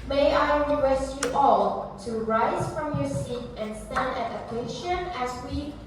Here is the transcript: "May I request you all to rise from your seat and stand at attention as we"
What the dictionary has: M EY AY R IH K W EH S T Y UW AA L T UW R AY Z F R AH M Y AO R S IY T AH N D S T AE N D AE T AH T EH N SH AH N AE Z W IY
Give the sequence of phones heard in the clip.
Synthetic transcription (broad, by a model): M EY AY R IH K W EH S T Y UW AA L T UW R AY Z F R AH M Y AO R S IY T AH N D S T AE N D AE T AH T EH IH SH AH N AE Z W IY